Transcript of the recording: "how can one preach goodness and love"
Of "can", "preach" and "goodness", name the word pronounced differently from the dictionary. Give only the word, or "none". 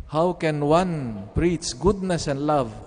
preach